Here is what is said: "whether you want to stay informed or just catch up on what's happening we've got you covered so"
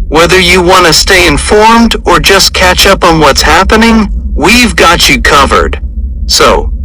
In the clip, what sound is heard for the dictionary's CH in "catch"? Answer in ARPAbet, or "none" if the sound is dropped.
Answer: CH